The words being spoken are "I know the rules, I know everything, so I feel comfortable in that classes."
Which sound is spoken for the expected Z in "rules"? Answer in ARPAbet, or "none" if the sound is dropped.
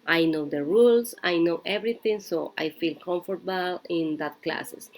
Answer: S